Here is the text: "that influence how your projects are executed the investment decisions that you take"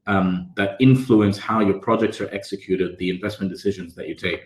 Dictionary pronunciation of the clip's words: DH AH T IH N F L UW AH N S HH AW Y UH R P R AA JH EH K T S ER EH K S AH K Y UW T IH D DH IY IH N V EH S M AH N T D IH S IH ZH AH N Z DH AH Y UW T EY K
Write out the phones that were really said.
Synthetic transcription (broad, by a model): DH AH T IH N F L UW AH N S HH AW Y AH R P R AA JH EH K T S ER EH K S AH K Y UW T IH D DH IY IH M V EH S M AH N D IH S IH ZH AH N Z DH AH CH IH T EY K